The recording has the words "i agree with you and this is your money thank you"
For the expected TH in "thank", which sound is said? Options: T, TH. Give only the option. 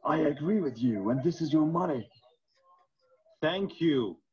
TH